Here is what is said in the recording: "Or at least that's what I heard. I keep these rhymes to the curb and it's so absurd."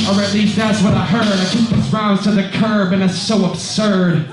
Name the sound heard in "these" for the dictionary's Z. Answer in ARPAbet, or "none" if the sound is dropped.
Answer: S